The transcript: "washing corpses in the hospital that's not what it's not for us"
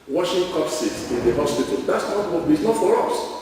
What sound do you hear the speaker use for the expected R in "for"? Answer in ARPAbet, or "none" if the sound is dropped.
R